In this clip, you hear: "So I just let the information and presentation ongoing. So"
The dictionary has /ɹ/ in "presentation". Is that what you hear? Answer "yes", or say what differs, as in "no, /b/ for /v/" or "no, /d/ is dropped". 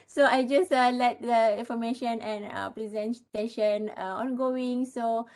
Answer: no, /l/ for /ɹ/